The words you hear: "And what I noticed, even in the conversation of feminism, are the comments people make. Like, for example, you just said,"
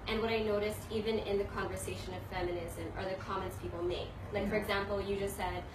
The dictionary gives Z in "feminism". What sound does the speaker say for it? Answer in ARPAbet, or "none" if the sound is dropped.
Z